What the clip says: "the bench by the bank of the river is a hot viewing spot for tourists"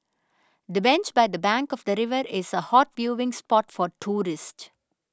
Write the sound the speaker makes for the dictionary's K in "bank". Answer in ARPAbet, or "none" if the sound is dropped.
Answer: K